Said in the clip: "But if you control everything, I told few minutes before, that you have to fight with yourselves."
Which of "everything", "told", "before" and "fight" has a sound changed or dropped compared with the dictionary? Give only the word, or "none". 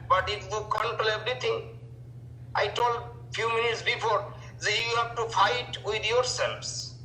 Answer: everything